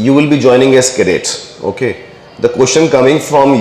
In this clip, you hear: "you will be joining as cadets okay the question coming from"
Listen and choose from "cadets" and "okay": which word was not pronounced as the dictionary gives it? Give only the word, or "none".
cadets